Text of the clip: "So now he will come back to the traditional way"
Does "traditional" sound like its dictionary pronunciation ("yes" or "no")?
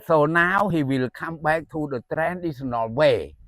no